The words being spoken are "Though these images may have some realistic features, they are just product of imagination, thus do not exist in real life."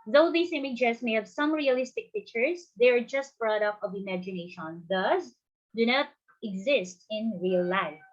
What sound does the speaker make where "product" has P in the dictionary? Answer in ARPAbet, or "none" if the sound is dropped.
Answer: B